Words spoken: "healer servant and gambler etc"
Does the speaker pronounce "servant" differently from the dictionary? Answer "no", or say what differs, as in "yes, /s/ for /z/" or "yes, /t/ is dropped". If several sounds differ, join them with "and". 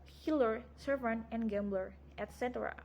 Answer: yes, /t/ is dropped